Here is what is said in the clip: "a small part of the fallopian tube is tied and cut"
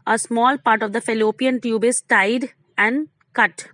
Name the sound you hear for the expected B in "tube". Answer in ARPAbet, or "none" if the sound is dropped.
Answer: B